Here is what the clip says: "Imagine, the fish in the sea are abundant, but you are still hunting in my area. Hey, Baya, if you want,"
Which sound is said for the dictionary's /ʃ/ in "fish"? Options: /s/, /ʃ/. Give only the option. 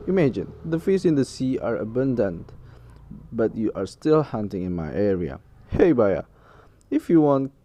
/s/